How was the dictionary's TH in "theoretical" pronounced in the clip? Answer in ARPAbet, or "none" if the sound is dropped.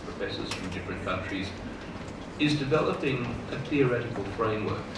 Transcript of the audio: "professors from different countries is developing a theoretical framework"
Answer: TH